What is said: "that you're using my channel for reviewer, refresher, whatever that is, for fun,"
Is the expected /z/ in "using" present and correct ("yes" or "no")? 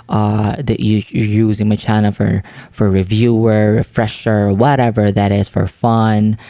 yes